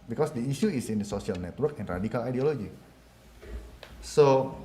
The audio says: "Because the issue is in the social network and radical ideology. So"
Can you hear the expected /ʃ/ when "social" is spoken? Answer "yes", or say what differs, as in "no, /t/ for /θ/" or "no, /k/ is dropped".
no, /s/ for /ʃ/